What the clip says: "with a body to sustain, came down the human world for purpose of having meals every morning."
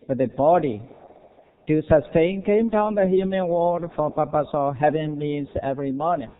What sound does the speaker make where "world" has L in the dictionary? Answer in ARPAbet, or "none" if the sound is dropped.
none